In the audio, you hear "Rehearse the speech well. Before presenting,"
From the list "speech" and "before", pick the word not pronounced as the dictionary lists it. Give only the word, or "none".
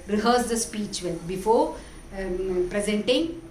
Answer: none